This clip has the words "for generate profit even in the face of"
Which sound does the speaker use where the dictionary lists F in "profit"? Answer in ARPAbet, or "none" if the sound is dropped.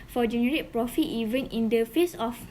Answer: F